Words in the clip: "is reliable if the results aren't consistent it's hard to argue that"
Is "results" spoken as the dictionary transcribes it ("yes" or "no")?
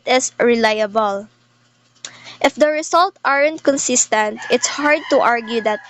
no